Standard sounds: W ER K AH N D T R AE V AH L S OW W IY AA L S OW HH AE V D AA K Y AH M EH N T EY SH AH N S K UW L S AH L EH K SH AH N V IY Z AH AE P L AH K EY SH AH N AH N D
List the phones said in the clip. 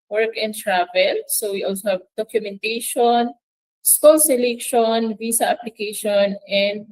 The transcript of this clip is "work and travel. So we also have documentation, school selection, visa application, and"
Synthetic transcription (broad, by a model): W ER K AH N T R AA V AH L S OW W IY AA L S OW HH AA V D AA K Y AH M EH N T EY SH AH N S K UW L S AH L EH K SH AH N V IY S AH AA P L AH K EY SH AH N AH N D